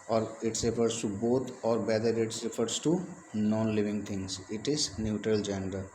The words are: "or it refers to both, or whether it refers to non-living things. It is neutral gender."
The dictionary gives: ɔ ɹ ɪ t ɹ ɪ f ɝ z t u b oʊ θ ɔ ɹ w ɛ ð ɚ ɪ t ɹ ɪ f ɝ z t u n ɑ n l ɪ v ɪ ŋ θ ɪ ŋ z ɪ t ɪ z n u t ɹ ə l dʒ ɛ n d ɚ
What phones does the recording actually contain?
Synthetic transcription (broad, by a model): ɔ ɹ ɪ t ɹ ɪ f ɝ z t u b oʊ t ɔ ɹ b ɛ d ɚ ɪ t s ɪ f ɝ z t u n ɑ n l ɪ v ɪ ŋ t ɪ ŋ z ɪ t ɪ z n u t ɹ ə l dʒ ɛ n d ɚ